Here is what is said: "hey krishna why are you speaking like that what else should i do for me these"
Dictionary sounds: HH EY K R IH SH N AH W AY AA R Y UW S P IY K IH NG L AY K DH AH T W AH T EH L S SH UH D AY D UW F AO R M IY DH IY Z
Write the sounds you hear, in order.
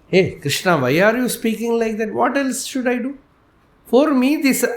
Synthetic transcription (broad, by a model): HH EY K R IH SH N AH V AY AA R Y UW S P IY K IH NG L AY K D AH T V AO T EH L S SH UH D AY D UW F AO R M IY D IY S